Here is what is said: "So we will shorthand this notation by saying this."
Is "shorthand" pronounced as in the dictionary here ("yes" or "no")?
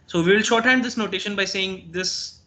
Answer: yes